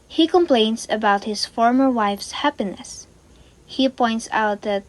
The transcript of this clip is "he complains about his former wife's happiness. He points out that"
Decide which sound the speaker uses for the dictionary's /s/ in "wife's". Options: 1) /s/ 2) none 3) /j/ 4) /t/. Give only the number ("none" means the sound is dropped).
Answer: 1